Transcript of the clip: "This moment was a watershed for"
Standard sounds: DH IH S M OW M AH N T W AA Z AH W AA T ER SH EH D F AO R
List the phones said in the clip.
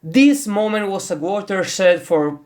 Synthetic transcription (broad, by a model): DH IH S M OW M AH N T W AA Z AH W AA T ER S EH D F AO R